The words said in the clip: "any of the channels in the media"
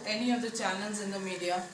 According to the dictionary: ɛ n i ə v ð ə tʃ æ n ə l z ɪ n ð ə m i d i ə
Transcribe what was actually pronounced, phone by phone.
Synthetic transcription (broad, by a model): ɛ n i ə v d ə tʃ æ l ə n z ɪ n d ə m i d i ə